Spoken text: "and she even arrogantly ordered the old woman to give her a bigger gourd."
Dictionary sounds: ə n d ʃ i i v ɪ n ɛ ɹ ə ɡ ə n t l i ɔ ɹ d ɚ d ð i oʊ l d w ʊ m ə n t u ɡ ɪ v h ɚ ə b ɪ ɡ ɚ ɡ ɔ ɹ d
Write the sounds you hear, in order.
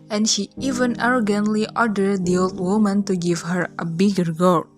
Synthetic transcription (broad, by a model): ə n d ʃ i i v ɪ n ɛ ɹ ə ɡ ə n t l i ɔ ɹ d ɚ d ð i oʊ l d w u m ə n t u ɡ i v h ɚ ə b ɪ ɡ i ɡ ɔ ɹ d